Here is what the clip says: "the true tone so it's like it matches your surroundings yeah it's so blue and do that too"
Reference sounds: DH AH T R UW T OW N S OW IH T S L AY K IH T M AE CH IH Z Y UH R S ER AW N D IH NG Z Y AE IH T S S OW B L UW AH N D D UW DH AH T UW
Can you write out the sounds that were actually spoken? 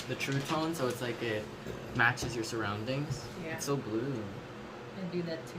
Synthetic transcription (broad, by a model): DH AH T R UW T OW N S OW IH T S L AY K IH T M AE CH IH Z Y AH R S ER AW N D IH NG Z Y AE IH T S S OW B L UW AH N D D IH DH AH T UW